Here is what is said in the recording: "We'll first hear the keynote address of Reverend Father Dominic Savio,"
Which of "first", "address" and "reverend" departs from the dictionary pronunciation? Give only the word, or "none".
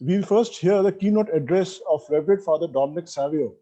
reverend